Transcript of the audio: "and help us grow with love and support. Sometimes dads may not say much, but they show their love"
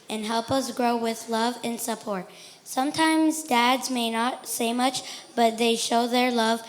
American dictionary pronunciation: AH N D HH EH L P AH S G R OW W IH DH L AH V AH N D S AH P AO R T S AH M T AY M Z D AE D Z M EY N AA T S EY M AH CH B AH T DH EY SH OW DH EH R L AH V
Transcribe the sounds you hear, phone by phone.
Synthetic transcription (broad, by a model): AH N HH EH L P AH S G R OW W IH DH L AH V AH N S AH P AO R T S AH M T AY M Z D AE D Z M EY N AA T S EY M AH CH B AH T DH EY SH OW DH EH R L AH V